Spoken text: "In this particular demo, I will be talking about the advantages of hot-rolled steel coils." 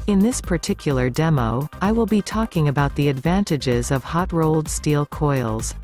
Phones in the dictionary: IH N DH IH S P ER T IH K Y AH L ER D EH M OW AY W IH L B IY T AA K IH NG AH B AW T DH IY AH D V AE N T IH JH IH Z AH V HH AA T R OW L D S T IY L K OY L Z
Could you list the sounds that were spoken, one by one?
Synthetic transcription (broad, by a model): IH N DH IH S P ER T IH K Y L ER D EH M OW AY W IH L B IY T AA K IH NG AH B AW T DH IY AH D V AE N T IH JH IH Z AH V HH AA T R OW L D S T IY L K OY L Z